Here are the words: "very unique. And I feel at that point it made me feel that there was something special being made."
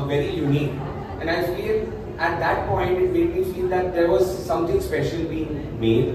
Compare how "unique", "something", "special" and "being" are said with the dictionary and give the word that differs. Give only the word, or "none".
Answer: something